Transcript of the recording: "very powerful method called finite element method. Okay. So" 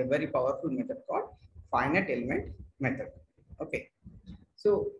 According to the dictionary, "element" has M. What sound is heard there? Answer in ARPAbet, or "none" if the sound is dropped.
M